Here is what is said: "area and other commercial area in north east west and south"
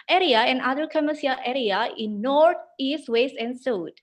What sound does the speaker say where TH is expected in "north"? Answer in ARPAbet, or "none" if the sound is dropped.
T